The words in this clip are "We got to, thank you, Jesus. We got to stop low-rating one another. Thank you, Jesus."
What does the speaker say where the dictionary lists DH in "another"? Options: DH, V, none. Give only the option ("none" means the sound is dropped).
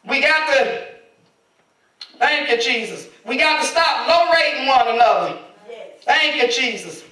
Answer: none